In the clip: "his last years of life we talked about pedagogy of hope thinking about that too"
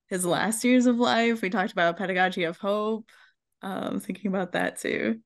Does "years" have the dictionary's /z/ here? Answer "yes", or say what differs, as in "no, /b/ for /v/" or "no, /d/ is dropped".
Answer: yes